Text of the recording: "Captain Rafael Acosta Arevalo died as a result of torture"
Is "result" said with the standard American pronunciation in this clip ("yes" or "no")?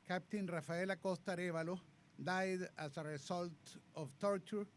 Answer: no